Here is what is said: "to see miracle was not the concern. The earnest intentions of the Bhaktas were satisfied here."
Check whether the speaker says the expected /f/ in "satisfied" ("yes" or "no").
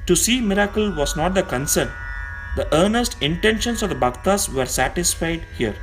yes